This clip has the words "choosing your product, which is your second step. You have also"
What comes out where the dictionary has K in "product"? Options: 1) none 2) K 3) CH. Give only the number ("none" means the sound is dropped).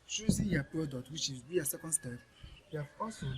1